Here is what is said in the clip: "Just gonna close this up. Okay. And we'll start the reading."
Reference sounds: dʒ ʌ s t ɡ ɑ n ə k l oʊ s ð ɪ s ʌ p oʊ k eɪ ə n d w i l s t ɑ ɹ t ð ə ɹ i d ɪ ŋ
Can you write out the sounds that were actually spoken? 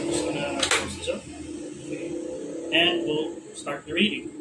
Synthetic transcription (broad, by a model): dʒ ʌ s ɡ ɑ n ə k oʊ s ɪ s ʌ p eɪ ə n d w i l s t ɑ ɹ t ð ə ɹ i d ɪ ŋ